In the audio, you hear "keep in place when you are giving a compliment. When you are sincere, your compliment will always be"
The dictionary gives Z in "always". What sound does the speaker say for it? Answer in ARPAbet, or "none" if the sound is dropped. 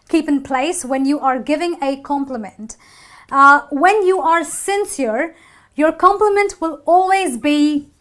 Z